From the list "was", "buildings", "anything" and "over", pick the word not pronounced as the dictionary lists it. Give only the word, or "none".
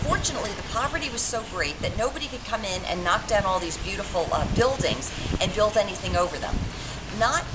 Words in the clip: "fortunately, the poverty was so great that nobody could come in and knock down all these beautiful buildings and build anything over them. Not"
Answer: none